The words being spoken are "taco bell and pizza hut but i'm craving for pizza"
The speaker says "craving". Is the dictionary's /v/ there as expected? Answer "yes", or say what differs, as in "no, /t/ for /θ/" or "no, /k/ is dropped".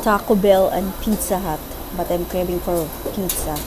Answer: no, /b/ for /v/